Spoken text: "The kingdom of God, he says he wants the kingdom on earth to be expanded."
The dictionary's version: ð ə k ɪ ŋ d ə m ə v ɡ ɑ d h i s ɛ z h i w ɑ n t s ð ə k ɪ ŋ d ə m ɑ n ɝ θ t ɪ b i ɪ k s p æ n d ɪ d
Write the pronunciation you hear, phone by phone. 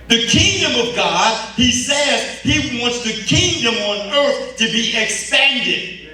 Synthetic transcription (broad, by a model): ð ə k ɪ ŋ d ə m ə v ɡ ɑ d h i s ɛ z h i w ɑ n t s ð ə k ɪ ŋ d ə m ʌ n ɝ θ t ɪ b i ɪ k s p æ n d ɪ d